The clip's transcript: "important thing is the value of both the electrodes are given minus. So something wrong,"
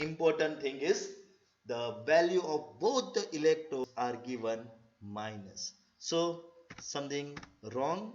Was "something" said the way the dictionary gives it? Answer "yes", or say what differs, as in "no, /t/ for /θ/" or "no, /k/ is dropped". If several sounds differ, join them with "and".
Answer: no, /t/ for /θ/